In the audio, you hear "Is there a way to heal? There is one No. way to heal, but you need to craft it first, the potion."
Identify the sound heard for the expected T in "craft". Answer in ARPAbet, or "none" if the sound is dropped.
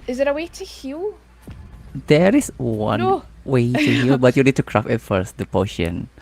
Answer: none